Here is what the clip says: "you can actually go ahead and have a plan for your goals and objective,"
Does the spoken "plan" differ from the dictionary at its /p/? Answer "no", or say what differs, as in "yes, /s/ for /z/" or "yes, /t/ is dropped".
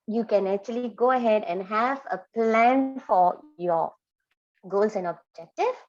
no